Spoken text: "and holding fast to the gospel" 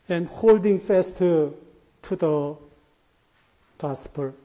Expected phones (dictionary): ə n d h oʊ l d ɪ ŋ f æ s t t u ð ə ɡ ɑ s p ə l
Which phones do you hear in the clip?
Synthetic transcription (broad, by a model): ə n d h oʊ l d ɪ ŋ f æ s t t u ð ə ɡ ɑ s p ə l